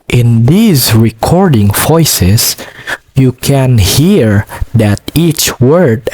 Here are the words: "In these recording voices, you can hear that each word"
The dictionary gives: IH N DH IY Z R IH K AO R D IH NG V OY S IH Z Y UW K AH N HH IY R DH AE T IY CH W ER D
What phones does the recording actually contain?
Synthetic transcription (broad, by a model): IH N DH IY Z R IH K AO R D IH NG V OY S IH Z Y UW K AH N HH IY R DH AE T IY CH W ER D